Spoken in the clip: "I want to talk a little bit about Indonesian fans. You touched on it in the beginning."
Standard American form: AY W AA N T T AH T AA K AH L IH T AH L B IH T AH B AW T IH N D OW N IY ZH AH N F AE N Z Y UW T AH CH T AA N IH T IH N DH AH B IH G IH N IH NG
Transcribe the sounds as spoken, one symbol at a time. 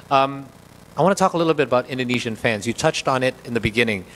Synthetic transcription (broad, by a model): AY W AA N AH T AA K AH L IH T L B IH T AH B AW T IH N D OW N IY ZH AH N F AE N Z Y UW T AH CH T N IH T IH N DH AH B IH G IH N IH NG